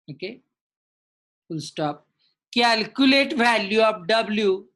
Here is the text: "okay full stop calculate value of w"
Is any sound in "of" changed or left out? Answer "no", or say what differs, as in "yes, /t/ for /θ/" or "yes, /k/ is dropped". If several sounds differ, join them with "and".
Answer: yes, /p/ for /v/